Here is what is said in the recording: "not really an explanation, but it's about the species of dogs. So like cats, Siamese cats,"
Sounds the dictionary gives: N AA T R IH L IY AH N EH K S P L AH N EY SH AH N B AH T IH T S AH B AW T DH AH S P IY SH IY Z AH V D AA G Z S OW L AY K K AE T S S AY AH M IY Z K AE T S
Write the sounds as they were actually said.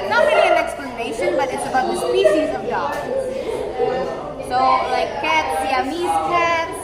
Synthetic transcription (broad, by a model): N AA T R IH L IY AH N EH K S P L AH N EY SH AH N B AH T IH T S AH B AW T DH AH S P IY SH IY Z AH V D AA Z S OW L AY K K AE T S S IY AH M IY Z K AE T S